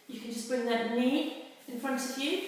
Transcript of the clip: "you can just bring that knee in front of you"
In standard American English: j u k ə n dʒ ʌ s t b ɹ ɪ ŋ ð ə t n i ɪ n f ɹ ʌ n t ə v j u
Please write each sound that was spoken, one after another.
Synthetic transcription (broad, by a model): j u k ə n dʒ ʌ s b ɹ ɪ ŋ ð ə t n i ɪ n f ɹ ʌ n t ə v j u